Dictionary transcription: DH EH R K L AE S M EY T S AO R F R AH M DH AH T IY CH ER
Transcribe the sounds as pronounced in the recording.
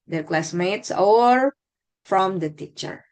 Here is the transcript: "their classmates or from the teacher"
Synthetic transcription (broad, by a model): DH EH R K L AE S M EY T S AO R F R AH M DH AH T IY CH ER